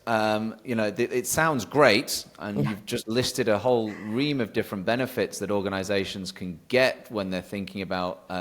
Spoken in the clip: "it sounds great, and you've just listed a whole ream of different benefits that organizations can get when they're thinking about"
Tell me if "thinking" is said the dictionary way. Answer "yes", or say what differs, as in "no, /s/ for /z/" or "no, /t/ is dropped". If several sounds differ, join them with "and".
yes